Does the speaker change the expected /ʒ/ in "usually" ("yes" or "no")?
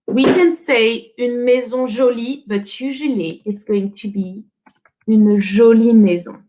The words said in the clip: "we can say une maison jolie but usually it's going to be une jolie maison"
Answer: no